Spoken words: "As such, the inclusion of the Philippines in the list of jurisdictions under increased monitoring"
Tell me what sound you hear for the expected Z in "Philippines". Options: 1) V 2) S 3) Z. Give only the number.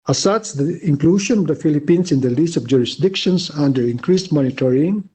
2